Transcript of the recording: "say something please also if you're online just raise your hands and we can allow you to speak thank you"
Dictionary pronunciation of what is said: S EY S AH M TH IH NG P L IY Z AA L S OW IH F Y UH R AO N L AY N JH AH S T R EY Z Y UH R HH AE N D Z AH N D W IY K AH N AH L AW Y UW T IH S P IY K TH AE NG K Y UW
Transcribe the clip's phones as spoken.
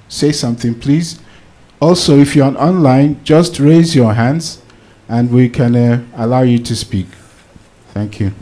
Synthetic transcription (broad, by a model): S EY S AH M TH IH NG P L IY Z AA L S OW IH F Y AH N AO N L AY N JH AH S T R EY Z Y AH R HH AE N D Z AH N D W IY K AH N AH L AW Y UW T IH S P IY K TH AE NG K Y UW